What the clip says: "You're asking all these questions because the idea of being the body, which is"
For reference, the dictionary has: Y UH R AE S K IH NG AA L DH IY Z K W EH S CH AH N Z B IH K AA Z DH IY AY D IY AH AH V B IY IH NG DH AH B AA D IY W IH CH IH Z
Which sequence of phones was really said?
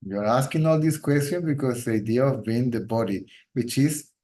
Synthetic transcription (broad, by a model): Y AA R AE S K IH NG AA L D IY S K W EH S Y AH N B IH K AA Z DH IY AY D IY AH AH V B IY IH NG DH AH B AA D IY W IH CH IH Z